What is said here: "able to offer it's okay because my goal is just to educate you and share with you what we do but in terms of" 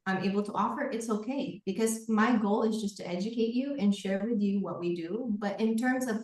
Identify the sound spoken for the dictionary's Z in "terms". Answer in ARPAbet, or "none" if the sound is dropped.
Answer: Z